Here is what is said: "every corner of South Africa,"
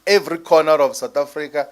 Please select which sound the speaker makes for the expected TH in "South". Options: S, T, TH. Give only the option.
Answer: T